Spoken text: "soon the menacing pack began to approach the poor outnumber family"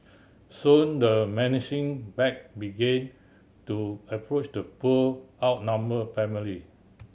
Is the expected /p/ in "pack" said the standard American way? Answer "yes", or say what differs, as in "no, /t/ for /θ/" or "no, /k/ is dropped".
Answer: no, /b/ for /p/